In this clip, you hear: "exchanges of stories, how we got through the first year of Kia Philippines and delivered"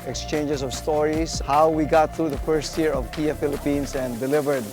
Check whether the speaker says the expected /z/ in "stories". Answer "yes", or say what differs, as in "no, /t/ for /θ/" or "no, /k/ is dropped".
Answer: no, /s/ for /z/